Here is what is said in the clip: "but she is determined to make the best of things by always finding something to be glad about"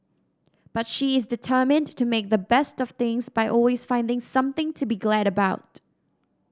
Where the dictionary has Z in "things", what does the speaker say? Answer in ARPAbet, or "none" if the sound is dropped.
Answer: Z